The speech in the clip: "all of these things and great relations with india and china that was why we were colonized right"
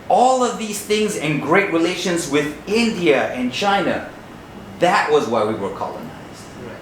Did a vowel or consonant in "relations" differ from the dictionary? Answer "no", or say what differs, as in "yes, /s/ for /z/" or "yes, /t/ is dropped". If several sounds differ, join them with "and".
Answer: no